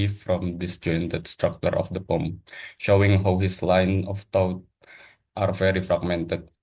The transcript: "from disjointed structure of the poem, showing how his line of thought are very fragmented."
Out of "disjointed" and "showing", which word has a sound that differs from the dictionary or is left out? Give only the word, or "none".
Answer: none